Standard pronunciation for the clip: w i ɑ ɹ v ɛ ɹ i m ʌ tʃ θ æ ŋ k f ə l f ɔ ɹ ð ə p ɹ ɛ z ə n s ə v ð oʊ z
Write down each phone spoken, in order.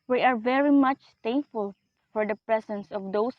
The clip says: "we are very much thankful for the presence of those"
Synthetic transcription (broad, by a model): w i ɑ ɹ v ɛ ɹ i m ʌ tʃ t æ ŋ k f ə l f ɔ ɹ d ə p ɹ ɛ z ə n s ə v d oʊ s